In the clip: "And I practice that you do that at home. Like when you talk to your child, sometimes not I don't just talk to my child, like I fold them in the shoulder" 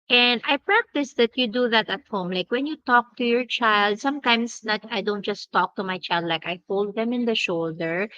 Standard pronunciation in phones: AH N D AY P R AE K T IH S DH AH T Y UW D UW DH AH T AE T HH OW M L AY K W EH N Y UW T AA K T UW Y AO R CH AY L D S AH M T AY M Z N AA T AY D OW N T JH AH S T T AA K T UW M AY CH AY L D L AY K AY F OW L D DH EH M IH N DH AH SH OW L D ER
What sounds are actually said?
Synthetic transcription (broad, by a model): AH N D AY P R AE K T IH S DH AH T Y UW D UW DH AH T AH T HH OW M L AY K W EH N Y UW T AA K T UW Y AO R CH AY L D S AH M T AY M S N AA T AY D OW N T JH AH S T T AA K T UW M AY CH AY L D L AY K AY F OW L D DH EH M IH N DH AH SH OW L D ER